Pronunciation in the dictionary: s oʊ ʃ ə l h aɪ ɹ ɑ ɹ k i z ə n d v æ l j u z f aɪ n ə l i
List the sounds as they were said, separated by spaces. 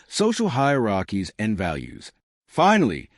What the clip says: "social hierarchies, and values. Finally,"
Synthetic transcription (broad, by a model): s oʊ ʃ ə l h aɪ ɹ ɑ k i z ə n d v æ l j u z f aɪ n l i